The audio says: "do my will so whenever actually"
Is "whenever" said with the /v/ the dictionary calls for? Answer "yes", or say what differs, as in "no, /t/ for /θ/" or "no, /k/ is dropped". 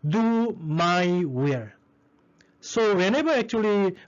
no, /b/ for /v/